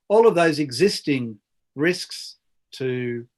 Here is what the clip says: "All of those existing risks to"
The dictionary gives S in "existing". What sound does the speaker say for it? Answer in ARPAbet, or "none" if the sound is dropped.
S